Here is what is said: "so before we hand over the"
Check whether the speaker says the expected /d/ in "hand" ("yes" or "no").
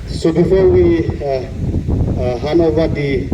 no